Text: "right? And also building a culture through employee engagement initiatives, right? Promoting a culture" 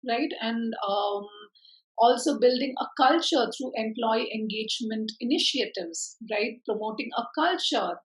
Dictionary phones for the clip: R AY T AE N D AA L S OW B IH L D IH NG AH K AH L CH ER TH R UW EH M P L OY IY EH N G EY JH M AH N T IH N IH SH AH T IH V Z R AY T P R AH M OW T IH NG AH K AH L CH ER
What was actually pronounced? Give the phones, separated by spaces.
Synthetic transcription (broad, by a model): R AY T AE N D AA L S OW B IH L D IH NG AH K AH L CH ER T R UW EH M P L OY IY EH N G EY JH M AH N T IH N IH SH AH T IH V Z R AY T P R AH M OW T IH NG AH K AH L CH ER